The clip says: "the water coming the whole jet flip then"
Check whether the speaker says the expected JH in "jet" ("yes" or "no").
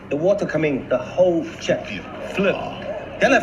no